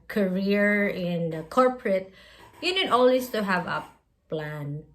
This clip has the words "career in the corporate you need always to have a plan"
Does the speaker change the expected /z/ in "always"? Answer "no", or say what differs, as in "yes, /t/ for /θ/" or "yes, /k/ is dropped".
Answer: yes, /s/ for /z/